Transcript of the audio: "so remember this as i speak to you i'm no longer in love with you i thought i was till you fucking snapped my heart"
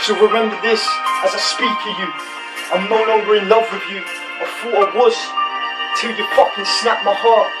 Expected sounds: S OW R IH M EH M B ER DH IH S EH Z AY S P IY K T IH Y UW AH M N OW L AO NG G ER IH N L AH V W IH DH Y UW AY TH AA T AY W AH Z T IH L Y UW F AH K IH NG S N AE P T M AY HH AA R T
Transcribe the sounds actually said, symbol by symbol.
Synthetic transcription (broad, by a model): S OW R IH M EH M B ER DH IH S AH Z AY S P IY K T IH Y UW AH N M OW N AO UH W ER IH N L AH V W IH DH Y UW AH F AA AH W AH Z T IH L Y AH P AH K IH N S N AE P M AY HH AA R T